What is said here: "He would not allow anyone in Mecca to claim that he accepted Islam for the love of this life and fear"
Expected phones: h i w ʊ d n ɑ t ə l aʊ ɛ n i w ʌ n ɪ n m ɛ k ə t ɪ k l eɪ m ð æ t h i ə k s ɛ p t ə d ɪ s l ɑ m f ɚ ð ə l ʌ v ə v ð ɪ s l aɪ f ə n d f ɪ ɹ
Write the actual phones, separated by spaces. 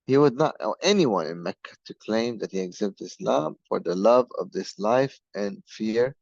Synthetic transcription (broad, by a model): h i w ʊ d n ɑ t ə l ɛ n i w ʌ n ɪ n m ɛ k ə t ɪ k l eɪ m ð æ t h i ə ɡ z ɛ b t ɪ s l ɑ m f ɚ ð ə l ʌ v ə v ð ɪ s l aɪ f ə n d f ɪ ɹ